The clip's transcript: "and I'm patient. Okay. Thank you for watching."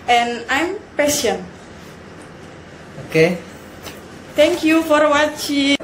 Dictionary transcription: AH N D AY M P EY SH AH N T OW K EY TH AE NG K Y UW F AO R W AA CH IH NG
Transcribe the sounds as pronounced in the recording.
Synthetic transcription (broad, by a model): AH N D AY M P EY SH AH N OW K EY T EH NG K Y UW F AO R W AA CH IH